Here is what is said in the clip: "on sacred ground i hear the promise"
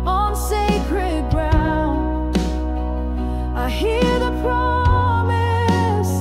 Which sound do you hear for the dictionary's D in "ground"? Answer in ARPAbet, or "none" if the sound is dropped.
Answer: none